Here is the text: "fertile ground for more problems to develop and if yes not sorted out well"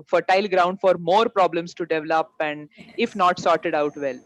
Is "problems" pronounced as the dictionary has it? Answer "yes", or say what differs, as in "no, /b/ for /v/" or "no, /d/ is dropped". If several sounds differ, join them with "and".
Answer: no, /s/ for /z/